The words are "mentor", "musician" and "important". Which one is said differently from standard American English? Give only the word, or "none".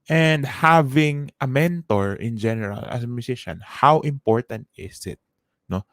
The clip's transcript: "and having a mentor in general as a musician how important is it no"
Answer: musician